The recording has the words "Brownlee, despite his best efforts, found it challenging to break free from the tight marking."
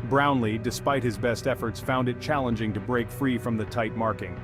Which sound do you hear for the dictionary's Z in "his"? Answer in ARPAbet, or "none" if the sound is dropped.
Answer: Z